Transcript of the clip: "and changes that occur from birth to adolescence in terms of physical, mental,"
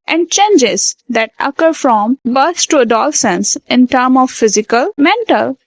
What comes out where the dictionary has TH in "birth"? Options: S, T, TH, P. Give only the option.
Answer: S